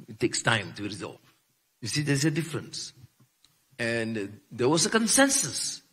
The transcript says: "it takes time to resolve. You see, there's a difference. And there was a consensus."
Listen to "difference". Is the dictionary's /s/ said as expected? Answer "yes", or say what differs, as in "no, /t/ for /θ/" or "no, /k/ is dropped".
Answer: yes